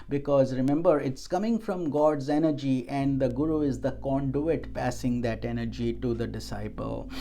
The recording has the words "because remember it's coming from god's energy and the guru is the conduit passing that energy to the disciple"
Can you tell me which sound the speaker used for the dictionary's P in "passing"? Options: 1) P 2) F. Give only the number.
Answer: 1